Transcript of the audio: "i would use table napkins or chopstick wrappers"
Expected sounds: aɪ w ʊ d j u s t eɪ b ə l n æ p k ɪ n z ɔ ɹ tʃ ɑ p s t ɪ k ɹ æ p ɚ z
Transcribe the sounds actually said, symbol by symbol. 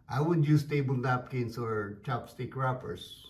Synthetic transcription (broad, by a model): aɪ w ʊ d j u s t eɪ b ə l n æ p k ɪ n s ɔ ɹ tʃ ɑ p s t ɪ k ɹ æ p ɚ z